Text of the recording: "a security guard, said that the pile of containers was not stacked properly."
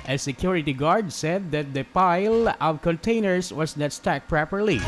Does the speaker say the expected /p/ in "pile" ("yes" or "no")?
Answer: yes